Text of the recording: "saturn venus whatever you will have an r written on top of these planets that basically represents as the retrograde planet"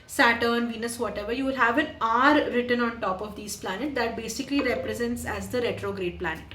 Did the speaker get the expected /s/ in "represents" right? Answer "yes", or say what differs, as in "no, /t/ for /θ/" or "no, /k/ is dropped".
yes